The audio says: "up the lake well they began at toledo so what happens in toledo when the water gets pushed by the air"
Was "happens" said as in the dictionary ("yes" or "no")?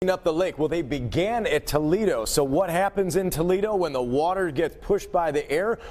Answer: yes